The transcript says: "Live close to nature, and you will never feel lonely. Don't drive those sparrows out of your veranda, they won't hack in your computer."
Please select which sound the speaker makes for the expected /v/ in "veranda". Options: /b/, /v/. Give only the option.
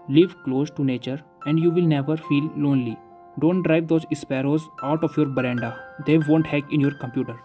/b/